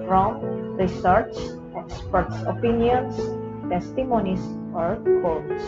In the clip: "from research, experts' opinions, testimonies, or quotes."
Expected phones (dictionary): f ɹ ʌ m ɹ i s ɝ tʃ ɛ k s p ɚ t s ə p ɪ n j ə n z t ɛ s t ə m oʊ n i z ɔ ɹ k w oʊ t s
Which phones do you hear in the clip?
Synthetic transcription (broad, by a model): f ɹ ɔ m ɹ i s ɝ s ɛ k s p ɚ t s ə p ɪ n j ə n s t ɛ s t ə m oʊ n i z ɔ ɹ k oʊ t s